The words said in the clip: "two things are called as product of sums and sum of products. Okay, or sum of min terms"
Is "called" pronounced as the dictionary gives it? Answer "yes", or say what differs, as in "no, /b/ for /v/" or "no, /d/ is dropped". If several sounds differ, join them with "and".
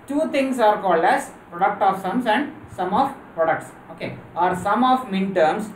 yes